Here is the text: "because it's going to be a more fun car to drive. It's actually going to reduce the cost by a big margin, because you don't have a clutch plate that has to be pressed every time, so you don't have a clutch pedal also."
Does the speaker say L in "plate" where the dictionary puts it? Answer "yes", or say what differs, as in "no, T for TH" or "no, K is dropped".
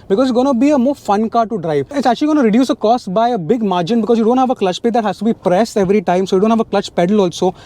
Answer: no, L is dropped